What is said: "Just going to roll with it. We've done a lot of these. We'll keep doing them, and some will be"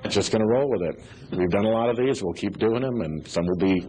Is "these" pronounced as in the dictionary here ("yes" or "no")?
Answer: yes